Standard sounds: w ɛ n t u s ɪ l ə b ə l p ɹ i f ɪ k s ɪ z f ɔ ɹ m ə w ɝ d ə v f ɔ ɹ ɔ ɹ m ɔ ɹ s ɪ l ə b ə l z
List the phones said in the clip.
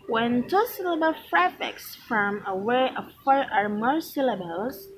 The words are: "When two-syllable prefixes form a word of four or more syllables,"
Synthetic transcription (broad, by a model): w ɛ n t u s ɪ l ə b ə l f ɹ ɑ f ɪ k s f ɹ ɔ m ə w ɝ ə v f ɔ ɹ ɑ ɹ m ɔ ɹ s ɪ l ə b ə l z